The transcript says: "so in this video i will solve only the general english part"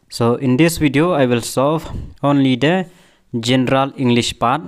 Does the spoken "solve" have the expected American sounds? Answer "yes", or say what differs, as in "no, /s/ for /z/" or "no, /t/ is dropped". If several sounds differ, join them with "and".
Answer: no, /l/ is dropped